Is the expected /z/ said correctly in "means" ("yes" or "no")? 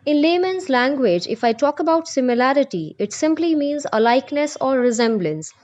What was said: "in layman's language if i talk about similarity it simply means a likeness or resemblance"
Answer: yes